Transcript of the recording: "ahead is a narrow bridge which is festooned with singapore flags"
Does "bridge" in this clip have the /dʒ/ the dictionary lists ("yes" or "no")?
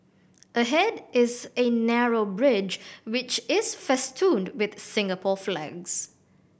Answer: yes